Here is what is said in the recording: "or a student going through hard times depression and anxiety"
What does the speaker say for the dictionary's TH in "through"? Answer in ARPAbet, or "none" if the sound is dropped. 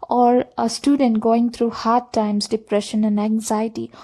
T